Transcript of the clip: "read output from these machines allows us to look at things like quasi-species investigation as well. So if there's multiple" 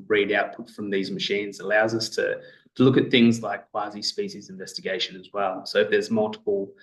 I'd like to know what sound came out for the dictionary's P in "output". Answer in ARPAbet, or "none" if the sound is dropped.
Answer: P